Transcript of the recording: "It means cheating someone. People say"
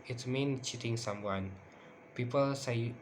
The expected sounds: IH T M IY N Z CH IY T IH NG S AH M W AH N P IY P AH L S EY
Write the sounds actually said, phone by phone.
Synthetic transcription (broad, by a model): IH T M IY N CH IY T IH NG S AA M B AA N P IY P AH L S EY